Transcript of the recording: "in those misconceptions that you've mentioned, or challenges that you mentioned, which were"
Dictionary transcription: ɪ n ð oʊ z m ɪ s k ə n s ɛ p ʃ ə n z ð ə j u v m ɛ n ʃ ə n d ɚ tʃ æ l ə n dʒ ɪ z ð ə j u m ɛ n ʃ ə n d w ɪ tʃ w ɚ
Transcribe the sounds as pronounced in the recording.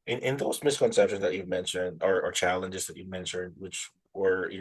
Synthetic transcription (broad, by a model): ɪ n ð oʊ z m ɪ s k ə n s ɛ p ʃ ə n z ð ə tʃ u v m ɛ n ʃ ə n d ɚ tʃ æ l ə n dʒ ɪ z ð ə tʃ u m ɛ n ʃ ə n d w ɪ tʃ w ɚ